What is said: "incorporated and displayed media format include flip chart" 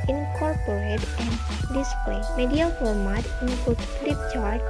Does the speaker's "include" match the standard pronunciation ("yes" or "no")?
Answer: no